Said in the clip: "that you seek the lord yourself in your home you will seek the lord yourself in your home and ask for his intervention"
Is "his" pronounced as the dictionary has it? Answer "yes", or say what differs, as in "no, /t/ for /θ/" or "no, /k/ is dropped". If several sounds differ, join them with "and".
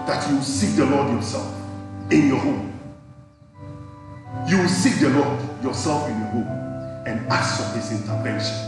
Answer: no, /s/ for /z/